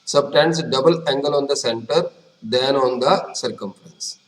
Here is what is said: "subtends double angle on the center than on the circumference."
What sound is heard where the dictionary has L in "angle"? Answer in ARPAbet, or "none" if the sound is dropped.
L